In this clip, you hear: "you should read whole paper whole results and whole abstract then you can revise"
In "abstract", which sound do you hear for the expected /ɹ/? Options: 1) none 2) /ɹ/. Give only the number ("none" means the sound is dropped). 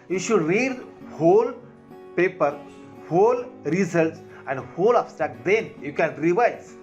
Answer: 1